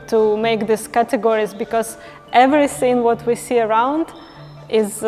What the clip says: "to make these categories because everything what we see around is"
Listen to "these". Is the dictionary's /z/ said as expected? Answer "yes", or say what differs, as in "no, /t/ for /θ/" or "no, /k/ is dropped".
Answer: no, /s/ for /z/